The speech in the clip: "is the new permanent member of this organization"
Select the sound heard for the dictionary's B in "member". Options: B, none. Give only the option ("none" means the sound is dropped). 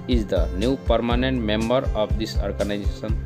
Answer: B